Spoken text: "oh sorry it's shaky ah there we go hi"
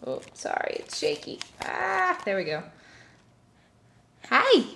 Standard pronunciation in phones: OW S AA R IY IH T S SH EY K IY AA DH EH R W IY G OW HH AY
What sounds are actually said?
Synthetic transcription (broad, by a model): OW S AA R IY IH T S SH EY K IY AA DH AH R W IY G OW HH AY